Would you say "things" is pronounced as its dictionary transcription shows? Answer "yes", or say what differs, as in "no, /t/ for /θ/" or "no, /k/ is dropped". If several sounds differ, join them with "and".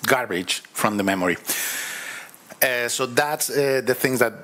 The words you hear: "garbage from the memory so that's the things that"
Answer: yes